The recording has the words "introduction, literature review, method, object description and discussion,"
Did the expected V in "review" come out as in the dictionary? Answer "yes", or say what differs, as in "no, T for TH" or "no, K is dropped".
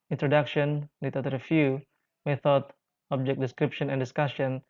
no, F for V